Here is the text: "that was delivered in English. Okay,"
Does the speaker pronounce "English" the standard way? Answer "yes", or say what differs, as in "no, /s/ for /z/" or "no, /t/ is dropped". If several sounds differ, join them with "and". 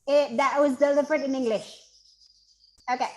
yes